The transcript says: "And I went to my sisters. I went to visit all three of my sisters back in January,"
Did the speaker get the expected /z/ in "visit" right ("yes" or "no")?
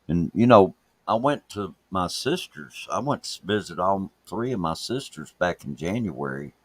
yes